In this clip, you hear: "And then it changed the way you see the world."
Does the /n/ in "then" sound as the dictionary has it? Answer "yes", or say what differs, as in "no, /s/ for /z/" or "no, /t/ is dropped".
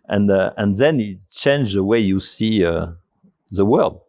yes